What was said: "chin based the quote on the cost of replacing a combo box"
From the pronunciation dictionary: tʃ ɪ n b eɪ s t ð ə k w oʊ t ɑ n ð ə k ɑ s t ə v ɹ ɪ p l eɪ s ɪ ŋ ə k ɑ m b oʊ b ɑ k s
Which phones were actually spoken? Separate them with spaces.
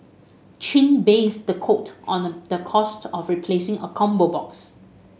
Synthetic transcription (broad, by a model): tʃ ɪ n b eɪ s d ə k oʊ t ɑ n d ə k ɑ s t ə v ɹ ɪ p l eɪ s ɪ ŋ ə k ɑ m b oʊ b ɑ k s